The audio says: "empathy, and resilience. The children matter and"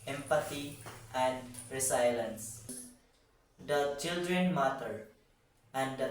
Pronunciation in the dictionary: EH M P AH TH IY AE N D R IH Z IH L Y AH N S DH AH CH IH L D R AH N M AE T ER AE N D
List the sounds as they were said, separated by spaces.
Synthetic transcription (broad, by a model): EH M P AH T IY AE N D R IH S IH L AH N S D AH CH IH L D R AH N M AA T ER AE N D